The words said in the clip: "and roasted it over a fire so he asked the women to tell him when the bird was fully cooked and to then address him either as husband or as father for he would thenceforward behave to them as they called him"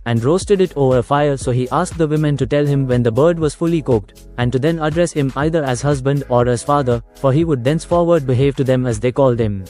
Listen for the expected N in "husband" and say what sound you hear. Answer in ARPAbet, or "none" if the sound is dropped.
N